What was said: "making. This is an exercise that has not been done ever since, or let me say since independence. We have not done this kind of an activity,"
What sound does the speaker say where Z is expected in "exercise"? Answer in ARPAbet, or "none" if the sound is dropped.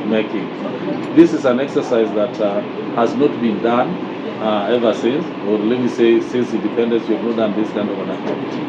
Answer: Z